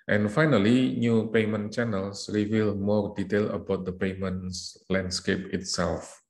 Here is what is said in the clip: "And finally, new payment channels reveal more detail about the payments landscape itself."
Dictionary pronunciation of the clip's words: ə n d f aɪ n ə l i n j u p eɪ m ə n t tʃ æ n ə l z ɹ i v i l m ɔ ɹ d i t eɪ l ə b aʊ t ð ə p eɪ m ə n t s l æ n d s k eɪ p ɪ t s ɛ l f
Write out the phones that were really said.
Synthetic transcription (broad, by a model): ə n f aɪ n ə l i n j u p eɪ m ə n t tʃ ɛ n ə l s ɹ i v i l m ɔ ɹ d i t eɪ l ə b aʊ t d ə p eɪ m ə n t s l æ n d s k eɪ p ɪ t s ɛ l f